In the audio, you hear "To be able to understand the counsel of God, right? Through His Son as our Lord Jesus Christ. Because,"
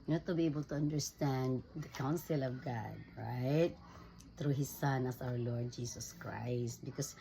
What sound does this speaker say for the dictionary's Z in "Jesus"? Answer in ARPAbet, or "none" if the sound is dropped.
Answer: S